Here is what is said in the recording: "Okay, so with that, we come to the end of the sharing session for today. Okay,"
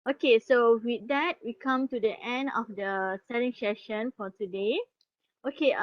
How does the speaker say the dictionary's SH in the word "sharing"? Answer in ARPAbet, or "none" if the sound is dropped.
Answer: S